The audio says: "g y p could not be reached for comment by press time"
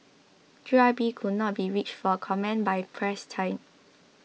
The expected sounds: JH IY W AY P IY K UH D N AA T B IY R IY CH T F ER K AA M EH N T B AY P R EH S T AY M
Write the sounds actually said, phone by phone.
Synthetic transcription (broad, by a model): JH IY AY B IY K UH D N AA T B IY R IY CH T F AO K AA M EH N B AY P R EH S T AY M